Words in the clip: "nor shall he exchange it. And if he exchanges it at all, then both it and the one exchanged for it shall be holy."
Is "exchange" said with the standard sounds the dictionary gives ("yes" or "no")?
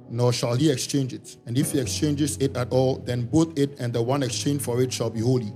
yes